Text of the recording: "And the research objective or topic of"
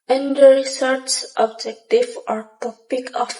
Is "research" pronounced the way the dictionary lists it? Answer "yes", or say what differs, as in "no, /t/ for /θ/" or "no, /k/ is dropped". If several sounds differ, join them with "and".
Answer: no, /s/ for /tʃ/